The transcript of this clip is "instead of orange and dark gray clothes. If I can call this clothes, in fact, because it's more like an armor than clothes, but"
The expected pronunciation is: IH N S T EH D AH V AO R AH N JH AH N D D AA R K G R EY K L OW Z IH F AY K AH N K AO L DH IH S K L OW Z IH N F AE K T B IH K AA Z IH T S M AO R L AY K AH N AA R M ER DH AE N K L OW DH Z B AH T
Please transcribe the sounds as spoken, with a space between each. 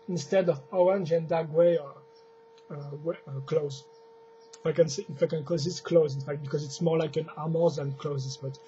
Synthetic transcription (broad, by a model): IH N S T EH D AH V AO R AH N JH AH N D D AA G W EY K L OW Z IH F AY K AH N K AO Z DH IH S K L OW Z IH N F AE K T B IH K AA Z IH T S M AO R L AY K AH N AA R M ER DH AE N K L OW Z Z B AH T